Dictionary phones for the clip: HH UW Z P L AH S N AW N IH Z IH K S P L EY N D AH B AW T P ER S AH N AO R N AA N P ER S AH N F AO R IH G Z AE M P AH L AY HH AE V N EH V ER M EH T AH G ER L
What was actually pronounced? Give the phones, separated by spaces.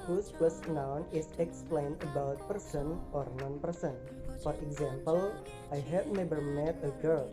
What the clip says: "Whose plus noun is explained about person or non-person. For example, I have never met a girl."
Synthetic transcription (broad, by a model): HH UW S P L AH S N AW N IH S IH K S P L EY N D AH B AW T P ER S AH N AO R N AA N P ER S AH N F AO R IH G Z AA M P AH L AY HH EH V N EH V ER M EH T AH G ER L